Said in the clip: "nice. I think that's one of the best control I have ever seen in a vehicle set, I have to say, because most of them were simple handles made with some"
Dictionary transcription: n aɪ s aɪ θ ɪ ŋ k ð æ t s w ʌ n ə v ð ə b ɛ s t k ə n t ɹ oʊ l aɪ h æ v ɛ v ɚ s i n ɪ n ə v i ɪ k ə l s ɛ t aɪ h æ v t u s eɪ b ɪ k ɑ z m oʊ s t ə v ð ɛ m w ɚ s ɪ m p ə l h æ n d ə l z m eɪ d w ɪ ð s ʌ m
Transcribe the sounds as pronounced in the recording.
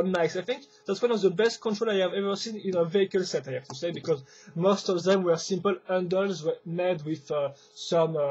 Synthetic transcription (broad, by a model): n aɪ s aɪ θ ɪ ŋ k ð æ t s w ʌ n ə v ð ə b ɛ s t k ə n t ɹ oʊ l aɪ h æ v ɛ v ɚ s i n ɪ n ə v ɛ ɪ k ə l s ɛ t aɪ h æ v t u s eɪ b ɪ k ɑ z m oʊ s t ə v ð ɛ m w ɚ s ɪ m p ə l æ n d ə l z m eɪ d w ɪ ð s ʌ m